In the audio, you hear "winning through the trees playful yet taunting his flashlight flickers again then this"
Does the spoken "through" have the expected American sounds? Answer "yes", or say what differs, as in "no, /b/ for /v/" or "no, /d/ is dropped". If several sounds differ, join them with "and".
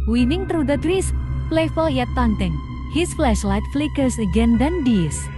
no, /t/ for /θ/